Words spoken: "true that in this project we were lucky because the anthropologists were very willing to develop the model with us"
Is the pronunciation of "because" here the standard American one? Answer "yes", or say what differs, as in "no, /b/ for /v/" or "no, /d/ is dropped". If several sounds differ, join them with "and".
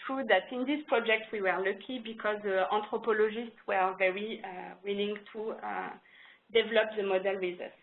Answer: yes